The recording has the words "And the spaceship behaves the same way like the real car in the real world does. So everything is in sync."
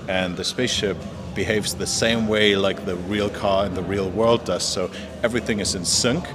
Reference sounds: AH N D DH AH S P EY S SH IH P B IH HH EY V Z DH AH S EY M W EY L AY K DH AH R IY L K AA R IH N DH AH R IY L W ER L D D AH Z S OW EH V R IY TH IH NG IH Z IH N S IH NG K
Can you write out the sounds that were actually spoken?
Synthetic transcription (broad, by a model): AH N DH AH S P EY S SH IH P B IH HH EY V Z DH AH S EY M W EY L AY K DH AH R IY L K AA R IH N DH AH R IY L W ER L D D AH Z S OW EH V R IY TH IH NG IH Z IH N S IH NG K